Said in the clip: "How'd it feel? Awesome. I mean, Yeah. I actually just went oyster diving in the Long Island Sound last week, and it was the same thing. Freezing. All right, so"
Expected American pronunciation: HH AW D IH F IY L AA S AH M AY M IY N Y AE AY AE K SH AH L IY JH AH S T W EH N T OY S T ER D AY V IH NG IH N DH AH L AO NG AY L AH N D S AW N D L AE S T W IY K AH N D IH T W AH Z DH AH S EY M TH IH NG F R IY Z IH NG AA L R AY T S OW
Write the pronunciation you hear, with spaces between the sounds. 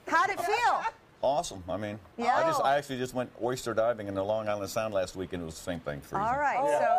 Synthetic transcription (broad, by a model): HH AW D IH F IY L AA S AH M AY M IY N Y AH AY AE K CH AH L IY JH AH S T W EH N T OY S T ER D AY V IH NG IH N DH AH L AO NG AY L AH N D S AW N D L AE S T W IY K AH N IH T W AH Z DH AH S EY M TH IH NG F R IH AA L R AY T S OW